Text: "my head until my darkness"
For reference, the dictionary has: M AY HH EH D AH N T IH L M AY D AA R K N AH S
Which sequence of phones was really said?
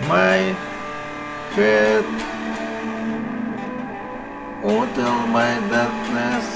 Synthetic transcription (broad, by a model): M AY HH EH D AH T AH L M AY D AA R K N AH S